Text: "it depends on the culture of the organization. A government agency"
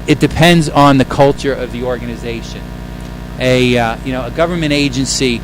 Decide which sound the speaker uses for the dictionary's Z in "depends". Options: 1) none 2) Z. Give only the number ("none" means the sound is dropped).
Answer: 2